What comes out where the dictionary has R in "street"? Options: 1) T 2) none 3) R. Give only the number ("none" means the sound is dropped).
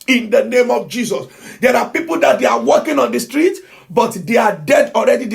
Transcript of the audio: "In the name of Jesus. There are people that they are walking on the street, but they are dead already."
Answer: 3